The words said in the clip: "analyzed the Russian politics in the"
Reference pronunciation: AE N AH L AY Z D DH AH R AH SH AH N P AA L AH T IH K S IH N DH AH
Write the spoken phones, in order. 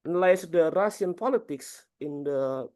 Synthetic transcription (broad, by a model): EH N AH L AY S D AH R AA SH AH N P AA L AH T IH K S IH N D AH